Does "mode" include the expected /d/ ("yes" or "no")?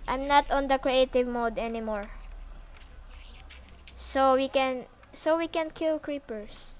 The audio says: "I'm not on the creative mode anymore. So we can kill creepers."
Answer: yes